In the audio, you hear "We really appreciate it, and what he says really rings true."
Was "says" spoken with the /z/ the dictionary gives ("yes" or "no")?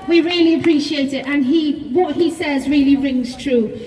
yes